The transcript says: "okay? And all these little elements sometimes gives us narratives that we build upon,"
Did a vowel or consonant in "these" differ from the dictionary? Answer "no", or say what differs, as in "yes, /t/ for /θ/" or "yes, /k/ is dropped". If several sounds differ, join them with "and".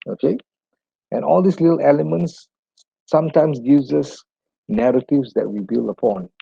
yes, /s/ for /z/